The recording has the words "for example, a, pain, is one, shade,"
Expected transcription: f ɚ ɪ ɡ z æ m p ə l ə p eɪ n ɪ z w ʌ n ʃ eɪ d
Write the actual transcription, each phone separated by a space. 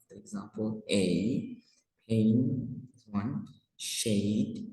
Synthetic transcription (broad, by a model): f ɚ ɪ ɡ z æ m p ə l ə p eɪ ɪ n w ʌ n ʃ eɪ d